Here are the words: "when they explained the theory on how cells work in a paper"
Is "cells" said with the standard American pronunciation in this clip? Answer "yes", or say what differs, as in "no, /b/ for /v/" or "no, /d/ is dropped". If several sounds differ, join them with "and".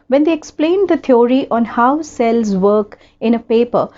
yes